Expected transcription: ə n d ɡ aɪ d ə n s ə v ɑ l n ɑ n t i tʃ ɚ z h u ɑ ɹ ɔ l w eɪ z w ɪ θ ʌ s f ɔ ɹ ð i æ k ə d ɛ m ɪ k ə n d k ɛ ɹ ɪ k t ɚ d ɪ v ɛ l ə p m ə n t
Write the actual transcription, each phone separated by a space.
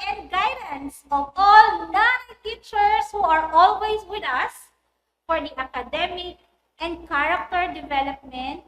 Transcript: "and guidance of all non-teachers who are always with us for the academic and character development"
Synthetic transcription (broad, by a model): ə n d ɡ aɪ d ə n s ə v ɑ l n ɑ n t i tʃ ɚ s h u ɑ ɹ ɔ l w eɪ s w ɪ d ʌ s f ɔ ɹ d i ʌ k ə d ɛ m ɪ k ə n d k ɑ ɹ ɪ k t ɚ d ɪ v ɛ l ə p m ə n t